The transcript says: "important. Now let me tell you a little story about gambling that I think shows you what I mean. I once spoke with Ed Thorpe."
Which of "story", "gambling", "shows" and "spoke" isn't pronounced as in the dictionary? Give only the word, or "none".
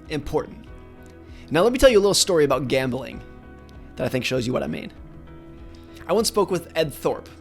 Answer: none